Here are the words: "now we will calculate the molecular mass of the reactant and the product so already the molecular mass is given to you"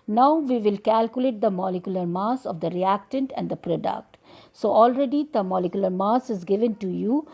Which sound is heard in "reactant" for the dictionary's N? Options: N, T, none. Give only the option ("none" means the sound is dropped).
N